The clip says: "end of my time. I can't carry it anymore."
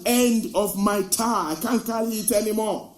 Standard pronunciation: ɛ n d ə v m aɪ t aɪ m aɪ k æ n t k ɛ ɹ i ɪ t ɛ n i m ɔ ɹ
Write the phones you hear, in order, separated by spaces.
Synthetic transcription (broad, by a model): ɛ n d ə v m aɪ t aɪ aɪ k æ n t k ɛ l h ɪ t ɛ n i m ɔ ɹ